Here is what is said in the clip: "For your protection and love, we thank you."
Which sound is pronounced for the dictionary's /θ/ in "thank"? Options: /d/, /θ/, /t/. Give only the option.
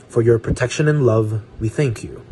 /θ/